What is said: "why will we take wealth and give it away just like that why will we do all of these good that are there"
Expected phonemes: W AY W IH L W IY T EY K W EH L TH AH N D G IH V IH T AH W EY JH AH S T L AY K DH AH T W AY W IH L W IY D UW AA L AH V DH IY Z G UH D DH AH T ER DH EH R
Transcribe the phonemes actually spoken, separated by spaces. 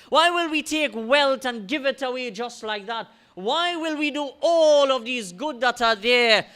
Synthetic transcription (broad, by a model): W AY W IH L W IY T EY K W EH L T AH N G IH V IH T AH W EY JH AH S T L AY K DH AH T W AY W IH L W IY D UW AA L AH V DH IY Z G UH D DH AH T ER DH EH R